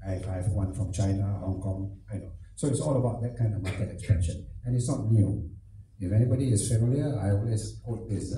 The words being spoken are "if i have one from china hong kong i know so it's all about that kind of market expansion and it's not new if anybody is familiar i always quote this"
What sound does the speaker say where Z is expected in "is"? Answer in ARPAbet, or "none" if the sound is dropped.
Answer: S